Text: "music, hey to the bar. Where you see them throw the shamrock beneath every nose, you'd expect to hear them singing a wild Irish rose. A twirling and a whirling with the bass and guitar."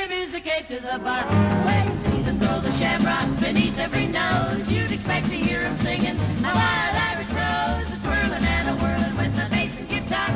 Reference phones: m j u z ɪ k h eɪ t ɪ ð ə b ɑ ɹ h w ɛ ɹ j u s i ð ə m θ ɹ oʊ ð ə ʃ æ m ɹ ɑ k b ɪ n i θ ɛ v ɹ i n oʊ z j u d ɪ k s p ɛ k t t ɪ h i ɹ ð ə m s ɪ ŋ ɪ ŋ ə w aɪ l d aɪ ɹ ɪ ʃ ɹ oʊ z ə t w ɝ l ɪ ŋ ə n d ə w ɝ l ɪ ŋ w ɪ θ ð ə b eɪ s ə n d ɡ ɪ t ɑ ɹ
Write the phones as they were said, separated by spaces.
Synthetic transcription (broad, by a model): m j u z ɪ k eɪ t ɪ ð ə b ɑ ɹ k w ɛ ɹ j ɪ s i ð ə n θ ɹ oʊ ð ə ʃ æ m ɹ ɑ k b ɪ n i θ ɛ v ɹ i n oʊ z j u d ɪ k s p ɛ k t t ɪ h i ɹ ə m s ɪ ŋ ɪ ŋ ə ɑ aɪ d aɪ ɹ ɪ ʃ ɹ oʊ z ə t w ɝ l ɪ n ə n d ə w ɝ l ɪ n w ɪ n ð ə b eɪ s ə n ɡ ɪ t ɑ